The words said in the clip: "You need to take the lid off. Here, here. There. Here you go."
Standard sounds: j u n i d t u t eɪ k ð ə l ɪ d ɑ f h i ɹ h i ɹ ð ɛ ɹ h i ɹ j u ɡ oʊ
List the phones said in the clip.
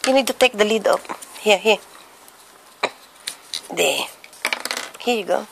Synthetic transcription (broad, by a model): j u n i d t u t eɪ k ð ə l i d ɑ p h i h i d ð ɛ h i j u ɡ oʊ